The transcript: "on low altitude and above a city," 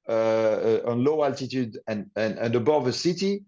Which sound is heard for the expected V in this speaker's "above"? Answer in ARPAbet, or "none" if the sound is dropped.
V